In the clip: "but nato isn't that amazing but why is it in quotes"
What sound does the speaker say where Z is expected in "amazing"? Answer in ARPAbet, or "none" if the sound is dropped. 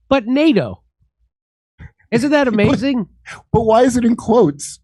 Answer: Z